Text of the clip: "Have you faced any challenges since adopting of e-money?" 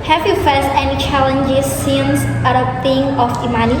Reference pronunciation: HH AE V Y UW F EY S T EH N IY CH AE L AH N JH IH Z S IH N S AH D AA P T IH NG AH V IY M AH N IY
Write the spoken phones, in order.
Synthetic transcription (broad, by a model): HH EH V Y UW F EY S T EH N IY CH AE L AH N JH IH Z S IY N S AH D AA T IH NG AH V IY M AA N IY